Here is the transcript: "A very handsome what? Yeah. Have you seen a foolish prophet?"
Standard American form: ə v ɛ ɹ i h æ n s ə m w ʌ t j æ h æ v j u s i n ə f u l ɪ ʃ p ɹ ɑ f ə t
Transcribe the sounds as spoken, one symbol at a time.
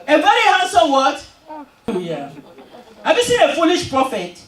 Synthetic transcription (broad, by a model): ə v ɛ ɹ i h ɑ s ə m w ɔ t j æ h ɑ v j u s i n ə f u l ɪ ʃ p ɹ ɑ f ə t